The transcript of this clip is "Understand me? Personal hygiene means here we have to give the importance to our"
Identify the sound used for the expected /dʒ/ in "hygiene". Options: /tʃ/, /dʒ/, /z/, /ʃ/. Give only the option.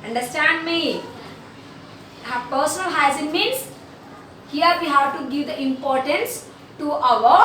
/z/